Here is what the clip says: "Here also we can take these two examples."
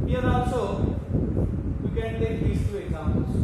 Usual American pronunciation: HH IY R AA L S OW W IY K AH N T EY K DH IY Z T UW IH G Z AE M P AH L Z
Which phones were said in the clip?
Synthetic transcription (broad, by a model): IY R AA S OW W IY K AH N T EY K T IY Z T UW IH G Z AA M P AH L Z